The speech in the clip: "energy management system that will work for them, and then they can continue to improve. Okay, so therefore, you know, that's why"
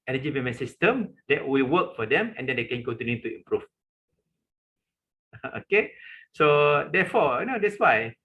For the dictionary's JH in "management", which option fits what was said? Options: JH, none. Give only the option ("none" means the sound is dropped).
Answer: none